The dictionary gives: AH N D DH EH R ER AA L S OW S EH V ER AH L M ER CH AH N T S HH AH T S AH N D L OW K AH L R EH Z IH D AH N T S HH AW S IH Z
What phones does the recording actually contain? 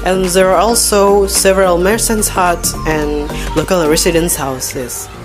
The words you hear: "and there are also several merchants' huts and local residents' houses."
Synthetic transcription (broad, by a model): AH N DH EH R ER AA L S OW S EH V ER AH L M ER S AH N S HH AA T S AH N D L OW K AH L R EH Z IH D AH N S HH AW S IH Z